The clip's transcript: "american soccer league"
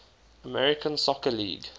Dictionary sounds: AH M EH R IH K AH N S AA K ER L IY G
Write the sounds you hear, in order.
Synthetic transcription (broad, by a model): AH M EH R IH K AH N S AA K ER L IY G